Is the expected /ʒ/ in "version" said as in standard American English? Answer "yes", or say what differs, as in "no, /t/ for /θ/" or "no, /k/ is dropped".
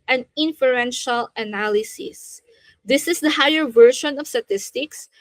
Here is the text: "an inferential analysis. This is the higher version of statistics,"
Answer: no, /ʃ/ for /ʒ/